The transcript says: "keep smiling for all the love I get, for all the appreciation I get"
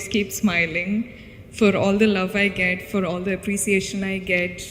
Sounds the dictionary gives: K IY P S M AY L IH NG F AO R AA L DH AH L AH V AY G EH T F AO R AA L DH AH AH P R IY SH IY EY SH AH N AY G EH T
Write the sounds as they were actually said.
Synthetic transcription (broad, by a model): K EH P S M AY L IH NG F AO R AA L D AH L AH V AY G EH T F AO R AA L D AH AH P R IY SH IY EY SH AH N AY G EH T